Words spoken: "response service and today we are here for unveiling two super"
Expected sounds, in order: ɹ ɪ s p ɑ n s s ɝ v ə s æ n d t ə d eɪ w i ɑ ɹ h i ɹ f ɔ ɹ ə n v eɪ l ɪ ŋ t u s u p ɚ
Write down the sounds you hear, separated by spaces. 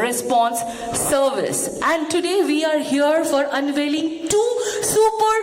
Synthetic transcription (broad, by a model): ɹ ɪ s p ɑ n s s ɝ v ə s æ n d t ə d eɪ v i ɑ ɹ h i ɹ f ɔ ɹ ə n v eɪ l ɪ ŋ t u s u p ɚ